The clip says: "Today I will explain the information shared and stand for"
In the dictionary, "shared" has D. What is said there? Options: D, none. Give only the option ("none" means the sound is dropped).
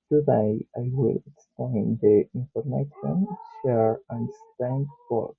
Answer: none